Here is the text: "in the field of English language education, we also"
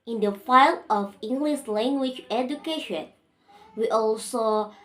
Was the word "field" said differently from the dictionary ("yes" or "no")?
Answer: yes